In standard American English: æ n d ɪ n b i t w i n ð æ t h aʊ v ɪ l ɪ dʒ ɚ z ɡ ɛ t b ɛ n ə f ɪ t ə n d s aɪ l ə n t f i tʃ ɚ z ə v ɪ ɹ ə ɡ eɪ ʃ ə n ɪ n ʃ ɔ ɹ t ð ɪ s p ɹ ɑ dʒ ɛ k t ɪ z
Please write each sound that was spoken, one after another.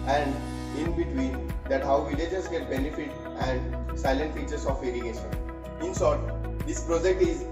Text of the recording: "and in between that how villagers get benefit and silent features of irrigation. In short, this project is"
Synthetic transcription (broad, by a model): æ n d ɪ n b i t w i n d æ t h aʊ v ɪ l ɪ dʒ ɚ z ɡ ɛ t b ɛ n ə f ɪ t ə n d s aɪ l ə n t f i tʃ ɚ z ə f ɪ ɹ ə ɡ eɪ ʃ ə n ɪ n s ɔ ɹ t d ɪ s p ɹ ɑ dʒ ɛ k t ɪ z